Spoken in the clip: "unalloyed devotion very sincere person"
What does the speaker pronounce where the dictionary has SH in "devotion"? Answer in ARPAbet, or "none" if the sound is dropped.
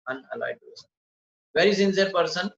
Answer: S